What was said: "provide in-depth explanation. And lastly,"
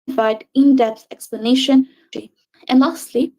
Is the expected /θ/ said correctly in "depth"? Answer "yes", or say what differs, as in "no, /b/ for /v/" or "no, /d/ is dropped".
no, /s/ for /θ/